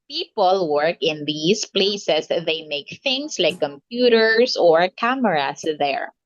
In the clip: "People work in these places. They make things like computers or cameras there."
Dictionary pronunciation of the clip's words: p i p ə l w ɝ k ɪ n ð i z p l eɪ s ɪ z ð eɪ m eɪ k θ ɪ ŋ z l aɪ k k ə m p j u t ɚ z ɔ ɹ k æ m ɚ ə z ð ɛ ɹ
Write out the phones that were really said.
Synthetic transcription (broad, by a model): p i p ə l w ɝ k ɪ n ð i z p l eɪ s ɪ s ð eɪ m eɪ k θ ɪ ŋ s l aɪ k k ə m p j u t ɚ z ɔ ɹ k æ m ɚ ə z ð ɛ ɹ